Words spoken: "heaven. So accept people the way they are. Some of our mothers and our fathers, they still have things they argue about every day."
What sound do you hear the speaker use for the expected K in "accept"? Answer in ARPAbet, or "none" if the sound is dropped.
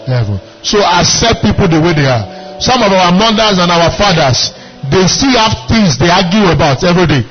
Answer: none